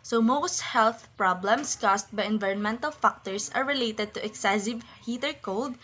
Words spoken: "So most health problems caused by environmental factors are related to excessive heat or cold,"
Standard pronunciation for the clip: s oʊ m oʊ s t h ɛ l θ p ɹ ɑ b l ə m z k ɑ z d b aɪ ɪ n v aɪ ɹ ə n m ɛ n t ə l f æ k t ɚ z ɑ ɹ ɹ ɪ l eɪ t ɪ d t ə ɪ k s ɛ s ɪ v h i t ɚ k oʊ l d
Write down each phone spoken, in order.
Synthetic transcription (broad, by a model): s oʊ m oʊ s t h ɛ l θ p ɹ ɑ b l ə m s k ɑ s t b aɪ ɪ n v aɪ ɹ ə n m ɛ n t ə l f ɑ k t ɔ s ɑ ɹ ɹ ɪ l eɪ t ɪ d t ə ɪ k s ɛ s ɪ v h i t ɚ k oʊ l d